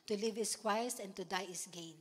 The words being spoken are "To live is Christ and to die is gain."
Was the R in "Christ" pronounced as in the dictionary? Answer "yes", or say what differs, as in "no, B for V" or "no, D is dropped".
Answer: no, W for R